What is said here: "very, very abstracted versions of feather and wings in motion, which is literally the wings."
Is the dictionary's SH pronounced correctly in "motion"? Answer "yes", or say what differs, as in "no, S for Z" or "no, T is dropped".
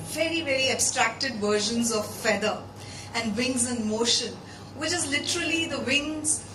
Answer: yes